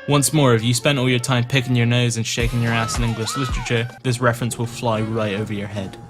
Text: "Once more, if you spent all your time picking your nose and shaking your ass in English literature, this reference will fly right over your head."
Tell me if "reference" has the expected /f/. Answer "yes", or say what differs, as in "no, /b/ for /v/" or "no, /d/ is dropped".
yes